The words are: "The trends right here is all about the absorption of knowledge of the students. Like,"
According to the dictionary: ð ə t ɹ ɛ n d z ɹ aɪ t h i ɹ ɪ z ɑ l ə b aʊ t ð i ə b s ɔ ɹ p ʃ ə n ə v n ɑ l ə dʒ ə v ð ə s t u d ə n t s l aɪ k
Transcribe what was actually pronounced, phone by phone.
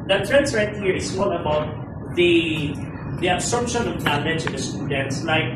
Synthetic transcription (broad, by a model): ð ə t ɹ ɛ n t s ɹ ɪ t h i ɹ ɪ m ɑ l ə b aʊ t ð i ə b s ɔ ɹ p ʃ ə n ə v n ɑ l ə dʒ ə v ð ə s t u d ə n t s l aɪ k